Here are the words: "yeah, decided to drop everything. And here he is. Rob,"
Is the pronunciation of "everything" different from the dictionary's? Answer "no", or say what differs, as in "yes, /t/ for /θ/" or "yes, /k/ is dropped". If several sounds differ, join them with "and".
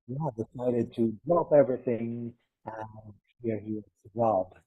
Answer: no